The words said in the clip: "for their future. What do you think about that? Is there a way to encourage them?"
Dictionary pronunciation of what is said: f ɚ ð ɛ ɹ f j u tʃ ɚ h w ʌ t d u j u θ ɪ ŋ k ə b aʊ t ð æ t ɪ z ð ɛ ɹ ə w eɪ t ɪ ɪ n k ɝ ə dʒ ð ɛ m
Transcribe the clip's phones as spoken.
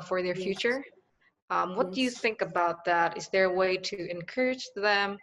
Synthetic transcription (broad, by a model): f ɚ ð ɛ ɹ f j u tʃ ɚ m w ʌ t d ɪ j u θ ɪ ŋ k ə b aʊ t ð æ t ɪ z ð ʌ ɹ ə w eɪ t ɪ ɪ n k ɝ ə dʒ ð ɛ m